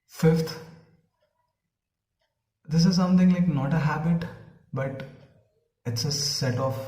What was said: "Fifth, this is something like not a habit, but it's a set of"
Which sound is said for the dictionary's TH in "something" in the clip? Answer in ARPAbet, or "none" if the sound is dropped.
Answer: T